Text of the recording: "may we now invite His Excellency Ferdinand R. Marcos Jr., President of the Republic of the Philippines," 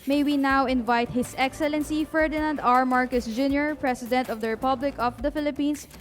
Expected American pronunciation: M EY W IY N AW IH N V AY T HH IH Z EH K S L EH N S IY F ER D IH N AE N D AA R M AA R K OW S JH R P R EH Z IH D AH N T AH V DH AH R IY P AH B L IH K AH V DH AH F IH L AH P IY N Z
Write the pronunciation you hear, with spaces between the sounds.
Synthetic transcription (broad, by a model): M EY W IY N AW IH N V AY T HH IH S EH K S L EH N S IY F ER D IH N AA N D AA R M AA R K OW S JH R P R EH S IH D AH N T AH V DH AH R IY P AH B L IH K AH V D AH F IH L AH P IY N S